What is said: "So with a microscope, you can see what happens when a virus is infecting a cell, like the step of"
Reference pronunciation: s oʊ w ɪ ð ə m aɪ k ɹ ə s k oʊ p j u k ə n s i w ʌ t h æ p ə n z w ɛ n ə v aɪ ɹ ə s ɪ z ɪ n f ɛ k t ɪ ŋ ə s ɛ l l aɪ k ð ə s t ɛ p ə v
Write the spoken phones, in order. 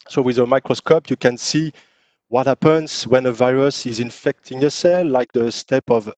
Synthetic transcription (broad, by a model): s oʊ w ɪ ð ə m aɪ k ɹ ə s k oʊ p j u k ə n s i w ʌ t h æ p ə n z w ɛ n ə v aɪ ɹ ə s ɪ z ɪ n f ɛ k t ɪ ŋ ə s ɛ l l aɪ k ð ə s t ɛ p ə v